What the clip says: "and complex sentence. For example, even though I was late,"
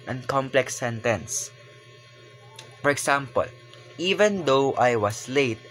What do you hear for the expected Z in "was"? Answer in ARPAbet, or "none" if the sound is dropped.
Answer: S